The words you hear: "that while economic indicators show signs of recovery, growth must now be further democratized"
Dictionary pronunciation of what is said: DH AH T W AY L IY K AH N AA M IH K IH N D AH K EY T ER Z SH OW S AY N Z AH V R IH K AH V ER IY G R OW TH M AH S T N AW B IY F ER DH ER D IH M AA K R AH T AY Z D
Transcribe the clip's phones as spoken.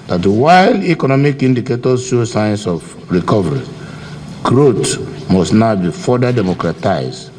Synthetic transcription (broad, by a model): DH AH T W AY L IY K AH N AA M IH K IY N D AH K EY T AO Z SH OW S AY N S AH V R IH K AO V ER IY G R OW T M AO S T N AW B IY F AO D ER D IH M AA K R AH T AY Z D